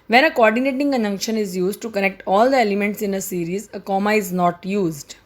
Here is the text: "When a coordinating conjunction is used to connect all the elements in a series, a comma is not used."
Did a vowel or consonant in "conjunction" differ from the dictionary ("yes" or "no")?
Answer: yes